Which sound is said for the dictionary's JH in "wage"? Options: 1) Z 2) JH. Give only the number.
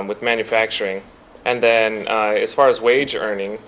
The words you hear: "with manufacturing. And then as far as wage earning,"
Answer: 2